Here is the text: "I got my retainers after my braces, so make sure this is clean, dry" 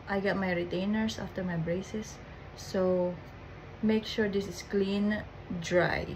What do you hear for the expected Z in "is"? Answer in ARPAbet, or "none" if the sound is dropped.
S